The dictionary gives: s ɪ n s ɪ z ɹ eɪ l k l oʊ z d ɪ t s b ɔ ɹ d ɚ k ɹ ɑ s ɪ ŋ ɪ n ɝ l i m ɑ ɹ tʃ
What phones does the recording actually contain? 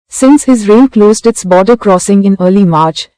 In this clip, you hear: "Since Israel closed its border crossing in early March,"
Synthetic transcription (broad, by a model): s ɪ n s ɪ z ɹ eɪ n k l oʊ z d ɪ t s b ɔ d ɚ k ɹ ɑ s ɪ ŋ ɪ n ɝ l i m ɑ ɹ tʃ